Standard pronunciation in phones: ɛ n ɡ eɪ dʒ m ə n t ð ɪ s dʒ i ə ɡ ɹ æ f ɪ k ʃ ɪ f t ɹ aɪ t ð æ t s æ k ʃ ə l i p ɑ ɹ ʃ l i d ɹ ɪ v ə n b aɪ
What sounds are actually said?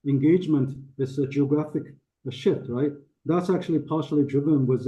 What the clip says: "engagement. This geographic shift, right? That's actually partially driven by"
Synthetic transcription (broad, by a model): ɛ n ɡ eɪ dʒ m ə n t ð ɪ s dʒ i ə ɡ ɹ æ f ɪ k ʃ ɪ t ɹ aɪ t ð æ t s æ k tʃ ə l i p ɑ ɹ ʃ l i d ɹ ɪ v ə n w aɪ